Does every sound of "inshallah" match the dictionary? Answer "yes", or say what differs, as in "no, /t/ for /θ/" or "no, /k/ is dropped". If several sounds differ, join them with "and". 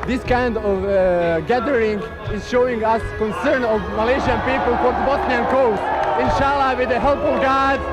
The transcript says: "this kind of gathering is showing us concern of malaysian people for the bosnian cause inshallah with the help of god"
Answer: yes